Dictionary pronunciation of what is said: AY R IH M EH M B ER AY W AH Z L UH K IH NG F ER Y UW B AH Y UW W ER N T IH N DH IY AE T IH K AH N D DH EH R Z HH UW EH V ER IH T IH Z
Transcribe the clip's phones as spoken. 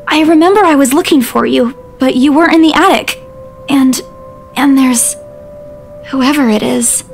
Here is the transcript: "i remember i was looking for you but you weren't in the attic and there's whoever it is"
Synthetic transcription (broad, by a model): AY R IH M EH M B ER AY W AH Z L UH K IH NG F ER Y UW B AH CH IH W ER T IH N DH IY AE T IH K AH N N DH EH R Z HH UW EH V ER IH T IH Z